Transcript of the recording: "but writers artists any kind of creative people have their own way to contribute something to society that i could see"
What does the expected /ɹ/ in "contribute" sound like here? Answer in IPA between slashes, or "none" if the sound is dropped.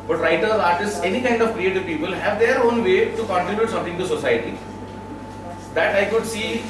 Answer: none